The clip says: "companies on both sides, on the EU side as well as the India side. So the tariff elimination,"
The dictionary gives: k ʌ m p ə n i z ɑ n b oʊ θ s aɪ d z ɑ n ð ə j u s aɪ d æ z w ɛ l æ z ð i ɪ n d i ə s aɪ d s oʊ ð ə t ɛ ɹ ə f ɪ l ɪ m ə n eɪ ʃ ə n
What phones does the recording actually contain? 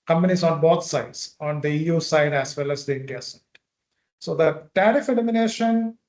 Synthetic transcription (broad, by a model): k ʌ m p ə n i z ɑ n b oʊ t s aɪ d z ɑ n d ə j u s aɪ d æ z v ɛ l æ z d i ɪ n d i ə s aɪ d s oʊ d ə t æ ɹ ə f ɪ l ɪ m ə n eɪ ʃ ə n